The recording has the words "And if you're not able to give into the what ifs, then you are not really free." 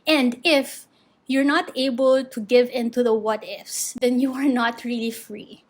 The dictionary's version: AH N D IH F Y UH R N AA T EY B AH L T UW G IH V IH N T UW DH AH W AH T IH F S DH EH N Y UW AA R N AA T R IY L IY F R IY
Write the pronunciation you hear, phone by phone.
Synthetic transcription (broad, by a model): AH N D IH F Y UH R N AA T EY B AH L T UW G IH V IH N T UW DH AH W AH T IH F S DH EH N Y UW AA R N AA T R IY L IY F R IY